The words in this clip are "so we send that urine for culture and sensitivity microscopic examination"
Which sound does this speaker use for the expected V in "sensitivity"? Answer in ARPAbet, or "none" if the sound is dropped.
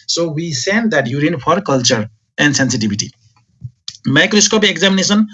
B